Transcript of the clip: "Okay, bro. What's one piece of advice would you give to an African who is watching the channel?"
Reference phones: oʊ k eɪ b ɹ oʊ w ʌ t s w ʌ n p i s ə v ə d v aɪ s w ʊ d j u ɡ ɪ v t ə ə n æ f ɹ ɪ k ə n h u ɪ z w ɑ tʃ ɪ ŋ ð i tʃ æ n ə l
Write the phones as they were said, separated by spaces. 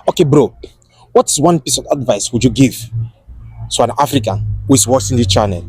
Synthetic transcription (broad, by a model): oʊ k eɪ b ɹ oʊ w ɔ t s w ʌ n p i s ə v ə d v aɪ s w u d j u ɡ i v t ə ə n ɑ f ɹ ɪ k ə n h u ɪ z w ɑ s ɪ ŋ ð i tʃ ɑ n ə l